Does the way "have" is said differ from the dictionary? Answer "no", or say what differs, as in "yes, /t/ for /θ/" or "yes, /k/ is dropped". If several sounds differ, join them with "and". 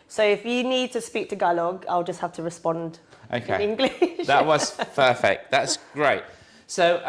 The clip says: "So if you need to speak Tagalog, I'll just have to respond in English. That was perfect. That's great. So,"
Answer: yes, /f/ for /v/